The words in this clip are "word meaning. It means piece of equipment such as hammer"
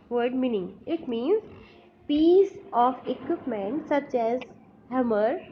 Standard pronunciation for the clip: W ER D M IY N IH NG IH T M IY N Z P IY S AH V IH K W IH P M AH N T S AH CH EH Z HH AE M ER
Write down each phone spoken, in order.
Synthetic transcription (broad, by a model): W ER D M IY N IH NG IH T M IY N Z P IY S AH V IH K W IH P M AH N T S AH CH EH Z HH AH M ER